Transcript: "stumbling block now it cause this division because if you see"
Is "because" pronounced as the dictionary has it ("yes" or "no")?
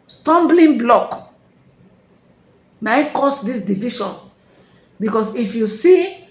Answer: no